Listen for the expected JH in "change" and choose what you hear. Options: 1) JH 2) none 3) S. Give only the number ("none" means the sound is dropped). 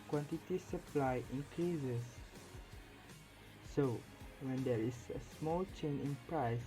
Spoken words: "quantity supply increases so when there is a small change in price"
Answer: 2